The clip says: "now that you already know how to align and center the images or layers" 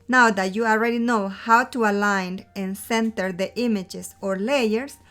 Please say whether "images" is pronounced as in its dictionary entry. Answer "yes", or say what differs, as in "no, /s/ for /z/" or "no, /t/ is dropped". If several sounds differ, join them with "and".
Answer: no, /s/ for /z/